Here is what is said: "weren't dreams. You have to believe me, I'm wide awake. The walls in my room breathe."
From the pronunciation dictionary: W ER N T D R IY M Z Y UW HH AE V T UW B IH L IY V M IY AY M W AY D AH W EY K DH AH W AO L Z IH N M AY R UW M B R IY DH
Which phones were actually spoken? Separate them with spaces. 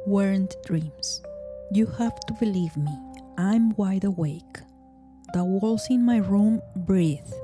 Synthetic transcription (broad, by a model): W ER N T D R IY M S Y UW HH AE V T UW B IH L IY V M IY AY M W AY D AH W EY K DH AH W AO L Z IH N M AY R UW M B R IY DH